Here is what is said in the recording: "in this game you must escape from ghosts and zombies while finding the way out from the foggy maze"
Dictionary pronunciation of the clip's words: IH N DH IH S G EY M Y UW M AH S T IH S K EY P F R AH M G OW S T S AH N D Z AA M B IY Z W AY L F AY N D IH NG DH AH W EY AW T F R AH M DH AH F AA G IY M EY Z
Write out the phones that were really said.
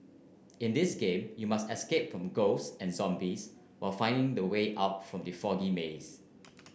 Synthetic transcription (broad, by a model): IH N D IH S G EY M Y UW M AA S T IH S K EY P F R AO M G OW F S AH N Z AA M B IY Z W AY L F AY N D IH NG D AH W EY AW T F R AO M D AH F AA G IY M EY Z